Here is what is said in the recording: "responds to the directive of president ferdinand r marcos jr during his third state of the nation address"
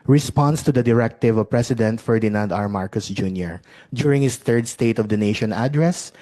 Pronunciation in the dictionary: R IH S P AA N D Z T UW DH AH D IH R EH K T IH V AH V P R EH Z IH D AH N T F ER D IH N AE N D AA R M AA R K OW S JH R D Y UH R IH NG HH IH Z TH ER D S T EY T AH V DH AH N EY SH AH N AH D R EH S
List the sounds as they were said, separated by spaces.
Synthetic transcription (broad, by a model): R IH S P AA N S T UW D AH D IH R EH K T IH V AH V P R EH S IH D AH N T F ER D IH N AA N D AA R M AA R K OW S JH R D Y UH R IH NG HH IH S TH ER D S T EY T AH V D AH N EY SH AH N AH D R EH S